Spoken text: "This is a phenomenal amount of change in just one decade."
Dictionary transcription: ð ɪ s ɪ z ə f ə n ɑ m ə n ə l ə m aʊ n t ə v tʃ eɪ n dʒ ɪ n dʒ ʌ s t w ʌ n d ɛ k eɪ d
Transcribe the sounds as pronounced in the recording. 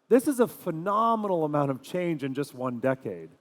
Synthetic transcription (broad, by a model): ð ɪ s ɪ z ə f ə n ɑ m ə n l ə m aʊ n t ə v tʃ eɪ n dʒ ɪ n dʒ ʌ s t w ʌ n d ɛ k eɪ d